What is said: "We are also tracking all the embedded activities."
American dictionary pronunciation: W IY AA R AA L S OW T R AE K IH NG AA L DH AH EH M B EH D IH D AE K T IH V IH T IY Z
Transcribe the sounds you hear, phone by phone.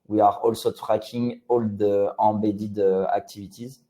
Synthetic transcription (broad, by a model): W IY AA R AA L S OW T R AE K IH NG AA L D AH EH B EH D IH D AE K T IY V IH T IY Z